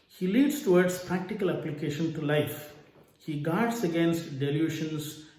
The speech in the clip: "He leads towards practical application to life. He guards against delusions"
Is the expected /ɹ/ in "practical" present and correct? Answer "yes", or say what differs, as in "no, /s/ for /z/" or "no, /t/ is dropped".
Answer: yes